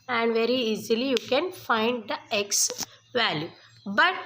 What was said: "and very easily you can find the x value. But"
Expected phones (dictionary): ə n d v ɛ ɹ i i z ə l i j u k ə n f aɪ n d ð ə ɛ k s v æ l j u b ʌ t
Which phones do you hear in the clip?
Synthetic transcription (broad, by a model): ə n d v ɛ ɹ i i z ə l i j u k ə n f aɪ n d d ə ɛ k s v æ l j u b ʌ t